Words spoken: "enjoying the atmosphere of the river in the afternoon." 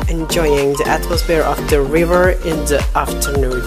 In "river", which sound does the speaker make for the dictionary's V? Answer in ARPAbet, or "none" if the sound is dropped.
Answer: V